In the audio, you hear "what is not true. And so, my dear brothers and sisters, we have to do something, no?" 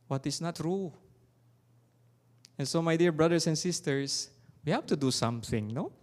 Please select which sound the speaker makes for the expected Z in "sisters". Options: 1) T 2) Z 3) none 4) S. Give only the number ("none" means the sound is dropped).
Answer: 4